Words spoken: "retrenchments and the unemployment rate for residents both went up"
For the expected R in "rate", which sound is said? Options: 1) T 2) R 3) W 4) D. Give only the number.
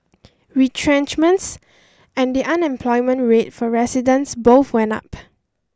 2